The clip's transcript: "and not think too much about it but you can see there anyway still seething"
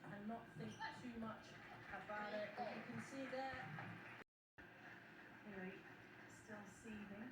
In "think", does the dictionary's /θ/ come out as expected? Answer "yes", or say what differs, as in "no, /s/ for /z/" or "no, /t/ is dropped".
yes